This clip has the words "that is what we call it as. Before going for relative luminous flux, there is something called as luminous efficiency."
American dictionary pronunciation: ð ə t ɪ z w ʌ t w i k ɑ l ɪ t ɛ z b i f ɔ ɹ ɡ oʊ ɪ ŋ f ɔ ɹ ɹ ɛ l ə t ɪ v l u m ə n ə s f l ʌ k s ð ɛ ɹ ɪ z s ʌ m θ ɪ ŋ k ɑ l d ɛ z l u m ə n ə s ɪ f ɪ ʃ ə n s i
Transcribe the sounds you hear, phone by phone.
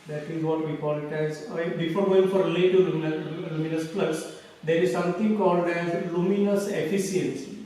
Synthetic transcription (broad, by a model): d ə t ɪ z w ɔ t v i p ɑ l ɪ t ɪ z b i f ɔ ɹ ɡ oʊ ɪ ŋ f ɔ ɹ l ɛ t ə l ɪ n l u m ə n ə s p l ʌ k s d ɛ ɹ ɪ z s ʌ m t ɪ ŋ k ɑ l d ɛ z l u m ə n ə s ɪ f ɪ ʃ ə n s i